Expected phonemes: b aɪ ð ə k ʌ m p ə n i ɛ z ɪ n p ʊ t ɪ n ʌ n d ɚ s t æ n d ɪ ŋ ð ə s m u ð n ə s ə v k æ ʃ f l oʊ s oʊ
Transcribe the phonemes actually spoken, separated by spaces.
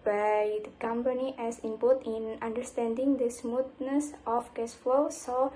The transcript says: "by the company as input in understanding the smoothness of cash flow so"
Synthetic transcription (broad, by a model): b aɪ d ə k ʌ m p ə n i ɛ s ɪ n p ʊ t ɪ n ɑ n d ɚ s t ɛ n d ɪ ŋ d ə s m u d n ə s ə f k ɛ s f l oʊ s oʊ